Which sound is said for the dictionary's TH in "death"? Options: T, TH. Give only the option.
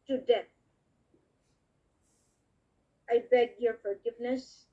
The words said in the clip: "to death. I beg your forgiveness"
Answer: T